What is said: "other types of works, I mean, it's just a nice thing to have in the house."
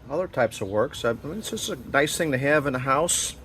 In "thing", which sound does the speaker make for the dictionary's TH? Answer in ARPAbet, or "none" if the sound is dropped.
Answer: TH